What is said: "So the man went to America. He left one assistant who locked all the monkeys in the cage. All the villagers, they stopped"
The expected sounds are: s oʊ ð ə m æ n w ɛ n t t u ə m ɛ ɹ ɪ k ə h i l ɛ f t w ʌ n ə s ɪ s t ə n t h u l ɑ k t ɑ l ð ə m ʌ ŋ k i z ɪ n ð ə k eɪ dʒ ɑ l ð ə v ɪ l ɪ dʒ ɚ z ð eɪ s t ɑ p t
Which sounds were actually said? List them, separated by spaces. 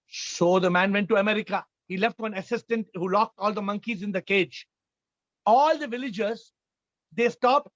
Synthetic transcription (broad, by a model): s oʊ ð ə m æ n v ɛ n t t u ə m ɛ ɹ ɪ k ə h i l ɛ f t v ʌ n ə s ɪ s t ə n t h u l ɑ k t ɑ l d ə m ʌ ŋ k i z ɪ n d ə k eɪ dʒ ɑ l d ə v ɪ l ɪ dʒ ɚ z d eɪ s t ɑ p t